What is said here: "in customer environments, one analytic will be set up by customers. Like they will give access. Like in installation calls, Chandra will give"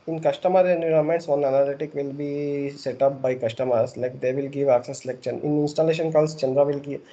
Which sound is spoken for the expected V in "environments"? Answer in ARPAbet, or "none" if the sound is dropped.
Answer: none